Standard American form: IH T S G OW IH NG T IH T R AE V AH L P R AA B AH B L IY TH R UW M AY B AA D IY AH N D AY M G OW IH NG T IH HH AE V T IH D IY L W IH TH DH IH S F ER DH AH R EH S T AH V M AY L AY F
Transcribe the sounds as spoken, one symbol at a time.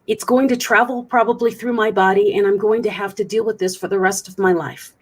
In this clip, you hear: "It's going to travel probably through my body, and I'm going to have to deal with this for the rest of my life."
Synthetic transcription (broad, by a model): IH T S G OW IH NG T IH T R AE V L P R AA B AH B L IY TH R UW M AY B AA D IY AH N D AY M G OW IH NG T IH HH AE F T IH D IY L W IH DH IH S F ER DH AH R EH S T AH V M AY L AY F